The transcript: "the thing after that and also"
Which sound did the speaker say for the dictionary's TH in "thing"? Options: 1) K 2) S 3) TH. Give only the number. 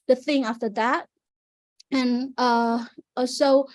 3